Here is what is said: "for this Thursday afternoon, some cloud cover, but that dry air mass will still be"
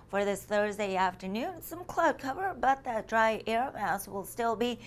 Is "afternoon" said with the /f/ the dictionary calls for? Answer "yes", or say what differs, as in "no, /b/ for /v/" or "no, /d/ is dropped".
yes